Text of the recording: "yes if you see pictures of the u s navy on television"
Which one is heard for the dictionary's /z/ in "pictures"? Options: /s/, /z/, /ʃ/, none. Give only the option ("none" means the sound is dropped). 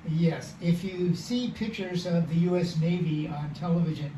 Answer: /z/